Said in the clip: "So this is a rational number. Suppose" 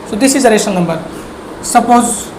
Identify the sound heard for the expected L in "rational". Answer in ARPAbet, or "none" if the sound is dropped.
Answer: N